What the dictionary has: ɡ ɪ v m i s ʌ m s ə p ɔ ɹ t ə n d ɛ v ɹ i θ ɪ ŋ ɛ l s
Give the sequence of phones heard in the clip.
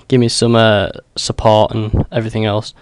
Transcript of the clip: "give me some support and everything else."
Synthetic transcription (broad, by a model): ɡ ɪ v m i s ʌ m s ə p ɔ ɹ t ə n ɛ v ɹ i θ ɪ ŋ ɛ l s